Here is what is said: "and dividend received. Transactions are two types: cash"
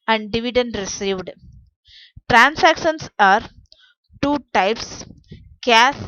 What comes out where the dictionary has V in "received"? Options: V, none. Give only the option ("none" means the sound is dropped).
V